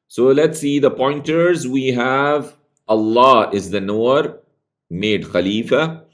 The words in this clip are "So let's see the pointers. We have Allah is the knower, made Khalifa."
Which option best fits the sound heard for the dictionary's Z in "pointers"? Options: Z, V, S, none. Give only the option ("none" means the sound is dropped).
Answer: Z